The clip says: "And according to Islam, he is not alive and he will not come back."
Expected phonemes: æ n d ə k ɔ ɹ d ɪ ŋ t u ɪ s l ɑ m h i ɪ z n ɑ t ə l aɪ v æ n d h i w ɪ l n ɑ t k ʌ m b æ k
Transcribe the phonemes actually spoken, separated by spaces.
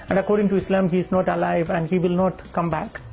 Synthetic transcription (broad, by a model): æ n d ə k ɔ ɹ d ɪ ŋ t u ɪ s l ɑ m h i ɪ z n ɑ t ə l aɪ v æ n d h i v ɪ l n ɑ t k ʌ m b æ k